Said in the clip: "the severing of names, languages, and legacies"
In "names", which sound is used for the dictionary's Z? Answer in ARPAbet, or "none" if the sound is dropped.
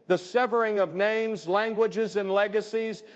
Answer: Z